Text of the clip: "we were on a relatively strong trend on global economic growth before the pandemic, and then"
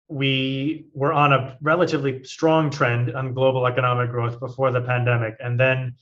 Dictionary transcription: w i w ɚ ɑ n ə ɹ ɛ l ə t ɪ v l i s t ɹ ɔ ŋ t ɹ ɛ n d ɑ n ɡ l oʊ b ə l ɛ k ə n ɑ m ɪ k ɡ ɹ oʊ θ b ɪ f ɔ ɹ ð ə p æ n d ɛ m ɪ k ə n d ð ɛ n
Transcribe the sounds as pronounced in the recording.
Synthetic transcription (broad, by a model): w i w ɚ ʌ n ə ɹ ɛ l ə t ɪ v l i s t ɹ ɔ ŋ t ɹ ɛ n d n ɡ l oʊ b l ɛ k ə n ɑ m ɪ k ɡ ɹ oʊ θ b ɪ f ɔ ɹ ð ə p æ n d ɛ m ɪ k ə n ð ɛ n